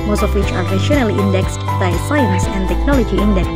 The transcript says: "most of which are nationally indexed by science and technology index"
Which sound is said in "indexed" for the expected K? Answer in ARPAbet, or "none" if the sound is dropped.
K